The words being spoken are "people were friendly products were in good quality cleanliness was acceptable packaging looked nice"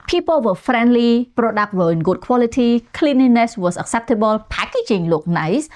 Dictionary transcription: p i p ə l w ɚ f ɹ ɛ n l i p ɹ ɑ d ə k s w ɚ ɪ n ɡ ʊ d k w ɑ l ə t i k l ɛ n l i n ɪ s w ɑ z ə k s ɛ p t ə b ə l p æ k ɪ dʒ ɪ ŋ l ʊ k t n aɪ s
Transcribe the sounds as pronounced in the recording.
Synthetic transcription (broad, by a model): p i p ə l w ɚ f ɹ ɛ n l i p ɹ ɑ d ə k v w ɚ ɪ n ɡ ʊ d k w ɑ l ə t i k l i n i n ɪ s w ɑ s ə k s ɛ p t ə b ə l p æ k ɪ tʃ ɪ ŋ l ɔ k n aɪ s